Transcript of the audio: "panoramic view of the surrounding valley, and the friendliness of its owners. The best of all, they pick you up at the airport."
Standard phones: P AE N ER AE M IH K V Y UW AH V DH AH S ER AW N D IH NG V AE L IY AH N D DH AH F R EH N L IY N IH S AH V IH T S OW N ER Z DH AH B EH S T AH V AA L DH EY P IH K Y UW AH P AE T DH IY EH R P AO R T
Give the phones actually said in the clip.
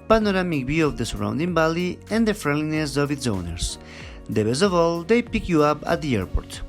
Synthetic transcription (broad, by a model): P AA N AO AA M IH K B Y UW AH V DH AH S ER AW N D IH NG B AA L IY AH N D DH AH F R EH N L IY N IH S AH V IH T S OW N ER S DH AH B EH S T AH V AA L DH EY P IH K Y UW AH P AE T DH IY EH R P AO R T